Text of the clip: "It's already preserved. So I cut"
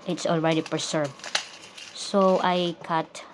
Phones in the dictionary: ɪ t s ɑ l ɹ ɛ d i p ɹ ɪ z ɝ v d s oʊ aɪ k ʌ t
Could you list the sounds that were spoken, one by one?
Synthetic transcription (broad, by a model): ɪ t s ɑ l ɹ ɛ d i p ɹ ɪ s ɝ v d s oʊ aɪ k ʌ t